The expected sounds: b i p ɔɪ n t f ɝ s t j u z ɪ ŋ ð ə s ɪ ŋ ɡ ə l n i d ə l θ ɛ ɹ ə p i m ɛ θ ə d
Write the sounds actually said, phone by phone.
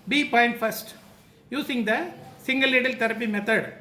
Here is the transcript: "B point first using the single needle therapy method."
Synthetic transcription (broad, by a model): b i p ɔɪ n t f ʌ s t j u s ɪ ŋ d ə s ɪ ŋ ɡ ə l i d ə l t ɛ ɹ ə p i m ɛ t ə d